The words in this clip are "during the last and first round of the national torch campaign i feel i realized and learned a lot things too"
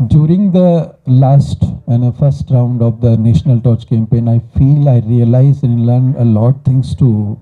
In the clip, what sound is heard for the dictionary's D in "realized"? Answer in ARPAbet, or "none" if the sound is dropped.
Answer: none